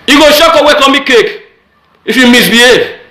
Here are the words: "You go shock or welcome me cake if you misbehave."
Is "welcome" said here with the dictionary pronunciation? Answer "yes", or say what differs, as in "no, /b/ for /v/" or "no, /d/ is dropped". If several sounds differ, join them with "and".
no, /l/ is dropped